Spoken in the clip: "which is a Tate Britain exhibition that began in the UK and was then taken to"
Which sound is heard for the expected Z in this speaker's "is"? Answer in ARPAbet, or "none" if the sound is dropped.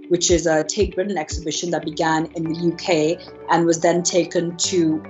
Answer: Z